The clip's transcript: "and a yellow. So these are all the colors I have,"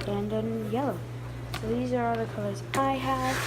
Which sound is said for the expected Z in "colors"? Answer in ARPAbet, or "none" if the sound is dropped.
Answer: Z